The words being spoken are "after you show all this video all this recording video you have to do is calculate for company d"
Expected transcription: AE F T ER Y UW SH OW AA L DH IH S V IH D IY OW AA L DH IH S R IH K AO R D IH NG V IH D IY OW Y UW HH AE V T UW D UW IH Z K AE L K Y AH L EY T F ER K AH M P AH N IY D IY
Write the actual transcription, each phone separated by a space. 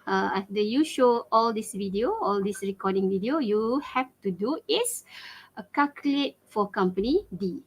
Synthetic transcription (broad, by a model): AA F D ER Y UW SH OW AA L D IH S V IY D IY OW AA L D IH S R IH K AO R D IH NG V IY D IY OW Y UW HH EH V T UW D UW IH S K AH K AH L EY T F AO K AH M P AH N IY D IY